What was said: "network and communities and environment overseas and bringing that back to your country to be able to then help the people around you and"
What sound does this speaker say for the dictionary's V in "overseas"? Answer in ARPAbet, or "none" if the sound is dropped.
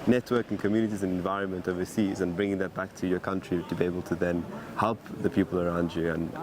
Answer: V